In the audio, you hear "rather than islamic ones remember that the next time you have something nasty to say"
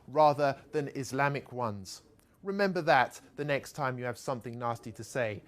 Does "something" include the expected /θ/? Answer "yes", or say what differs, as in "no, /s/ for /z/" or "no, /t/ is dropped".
yes